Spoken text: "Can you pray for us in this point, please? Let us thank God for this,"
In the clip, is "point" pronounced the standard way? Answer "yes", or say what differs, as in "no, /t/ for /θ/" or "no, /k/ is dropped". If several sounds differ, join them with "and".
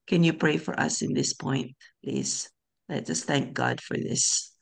yes